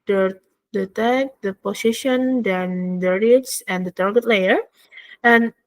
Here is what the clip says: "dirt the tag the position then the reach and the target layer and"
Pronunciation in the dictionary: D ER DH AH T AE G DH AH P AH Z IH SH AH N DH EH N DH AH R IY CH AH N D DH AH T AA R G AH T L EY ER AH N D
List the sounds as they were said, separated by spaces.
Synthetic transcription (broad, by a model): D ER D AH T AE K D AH P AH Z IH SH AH N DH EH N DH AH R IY S AH N D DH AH T AA R G AH T L EY ER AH N